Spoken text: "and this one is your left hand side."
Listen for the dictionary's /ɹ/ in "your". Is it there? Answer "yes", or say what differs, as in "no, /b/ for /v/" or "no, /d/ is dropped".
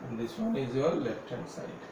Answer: no, /l/ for /ɹ/